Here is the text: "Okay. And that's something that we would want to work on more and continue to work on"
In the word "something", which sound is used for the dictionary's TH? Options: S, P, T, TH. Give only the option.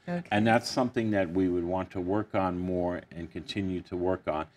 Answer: TH